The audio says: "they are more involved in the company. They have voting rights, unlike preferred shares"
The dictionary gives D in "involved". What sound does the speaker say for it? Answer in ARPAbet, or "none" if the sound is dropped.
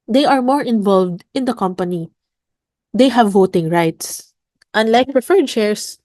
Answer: D